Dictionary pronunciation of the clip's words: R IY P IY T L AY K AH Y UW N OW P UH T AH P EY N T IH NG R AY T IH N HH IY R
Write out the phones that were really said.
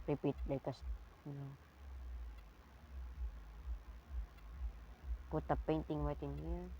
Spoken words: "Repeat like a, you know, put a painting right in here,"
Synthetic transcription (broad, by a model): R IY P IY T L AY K AH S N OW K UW T AH P EY N T IH NG W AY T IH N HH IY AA